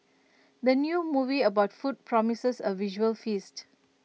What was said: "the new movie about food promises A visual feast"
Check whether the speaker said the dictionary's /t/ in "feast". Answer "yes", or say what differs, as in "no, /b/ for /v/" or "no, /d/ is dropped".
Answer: yes